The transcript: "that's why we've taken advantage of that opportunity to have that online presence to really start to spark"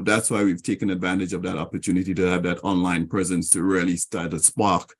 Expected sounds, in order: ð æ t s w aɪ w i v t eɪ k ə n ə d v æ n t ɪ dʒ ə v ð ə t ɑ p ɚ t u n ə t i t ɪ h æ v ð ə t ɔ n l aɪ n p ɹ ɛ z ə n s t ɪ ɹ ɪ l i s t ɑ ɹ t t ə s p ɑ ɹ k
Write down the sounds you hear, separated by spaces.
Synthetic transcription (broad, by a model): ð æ t s w aɪ w i v t eɪ k ə n ə d v æ n t ɪ dʒ ə v ð ə t ɑ p ɚ t u n ə t i t ɪ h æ v ð ə t ɔ n l aɪ n p ɹ ɛ z ə n s t ɪ ɹ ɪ l i s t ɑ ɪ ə s p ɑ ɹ k